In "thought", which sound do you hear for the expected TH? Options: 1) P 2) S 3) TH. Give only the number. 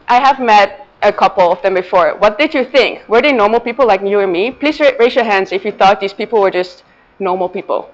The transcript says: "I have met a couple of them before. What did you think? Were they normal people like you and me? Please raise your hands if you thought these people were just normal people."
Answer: 3